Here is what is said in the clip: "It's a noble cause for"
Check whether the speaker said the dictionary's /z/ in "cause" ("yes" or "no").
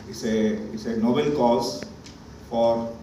no